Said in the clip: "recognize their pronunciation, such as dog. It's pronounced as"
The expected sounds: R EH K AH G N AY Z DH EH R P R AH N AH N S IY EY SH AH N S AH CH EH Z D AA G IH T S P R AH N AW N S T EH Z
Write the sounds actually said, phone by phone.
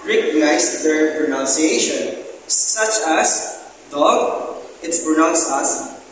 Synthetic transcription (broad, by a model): R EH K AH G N AY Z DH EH R P R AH N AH N S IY EY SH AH N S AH CH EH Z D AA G IH T S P R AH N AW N S AA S